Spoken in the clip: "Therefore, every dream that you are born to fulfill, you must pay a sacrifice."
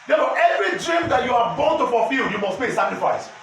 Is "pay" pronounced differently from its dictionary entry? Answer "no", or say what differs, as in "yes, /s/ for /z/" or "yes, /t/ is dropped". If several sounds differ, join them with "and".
yes, /b/ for /p/